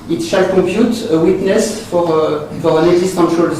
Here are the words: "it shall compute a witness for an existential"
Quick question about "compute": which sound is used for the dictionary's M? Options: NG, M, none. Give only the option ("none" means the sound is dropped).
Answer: none